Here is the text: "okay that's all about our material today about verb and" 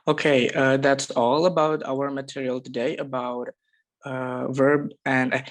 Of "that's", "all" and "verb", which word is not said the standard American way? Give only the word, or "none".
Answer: none